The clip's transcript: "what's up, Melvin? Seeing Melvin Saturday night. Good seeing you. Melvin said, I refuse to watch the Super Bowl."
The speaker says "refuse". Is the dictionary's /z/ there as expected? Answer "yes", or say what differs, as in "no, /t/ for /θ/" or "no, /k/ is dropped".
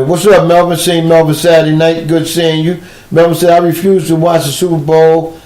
yes